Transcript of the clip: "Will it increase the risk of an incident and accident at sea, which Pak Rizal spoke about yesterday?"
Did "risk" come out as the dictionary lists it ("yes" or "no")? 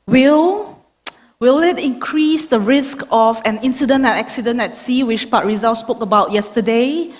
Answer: yes